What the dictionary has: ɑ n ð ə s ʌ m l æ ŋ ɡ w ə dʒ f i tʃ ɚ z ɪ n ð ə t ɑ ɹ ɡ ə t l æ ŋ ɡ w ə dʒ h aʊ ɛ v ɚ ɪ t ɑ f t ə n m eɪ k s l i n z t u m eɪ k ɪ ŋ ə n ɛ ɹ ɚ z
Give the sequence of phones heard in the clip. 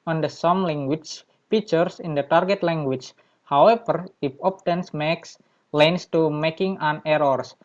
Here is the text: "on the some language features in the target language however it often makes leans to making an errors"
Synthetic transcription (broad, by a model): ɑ n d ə s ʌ m l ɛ ŋ ɡ w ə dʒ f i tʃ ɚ s ɪ n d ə t ɑ ɹ ɡ ə t l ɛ ŋ ɡ w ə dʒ h aʊ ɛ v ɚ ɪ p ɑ p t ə n m eɪ k s l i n s t u m eɪ k ɪ ŋ ə n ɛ ɹ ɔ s